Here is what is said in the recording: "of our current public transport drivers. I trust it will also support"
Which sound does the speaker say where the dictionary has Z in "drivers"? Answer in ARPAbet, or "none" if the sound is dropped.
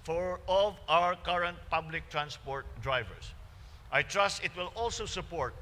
S